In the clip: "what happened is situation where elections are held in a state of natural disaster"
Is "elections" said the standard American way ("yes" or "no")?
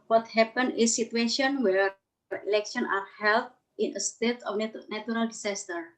no